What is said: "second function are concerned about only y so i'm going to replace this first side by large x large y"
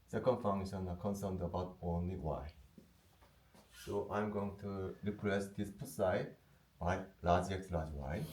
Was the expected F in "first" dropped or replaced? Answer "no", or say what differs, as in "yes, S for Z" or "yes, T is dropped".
yes, P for F